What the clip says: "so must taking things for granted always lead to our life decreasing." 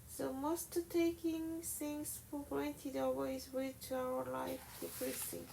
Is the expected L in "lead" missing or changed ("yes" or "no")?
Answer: yes